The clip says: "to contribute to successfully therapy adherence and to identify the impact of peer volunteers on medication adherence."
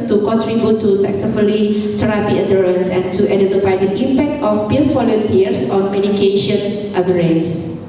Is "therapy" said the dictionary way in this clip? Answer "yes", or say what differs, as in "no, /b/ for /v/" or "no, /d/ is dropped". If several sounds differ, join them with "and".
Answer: no, /t/ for /θ/